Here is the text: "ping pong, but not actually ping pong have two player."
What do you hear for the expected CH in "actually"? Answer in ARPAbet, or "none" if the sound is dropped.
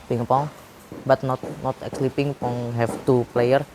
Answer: S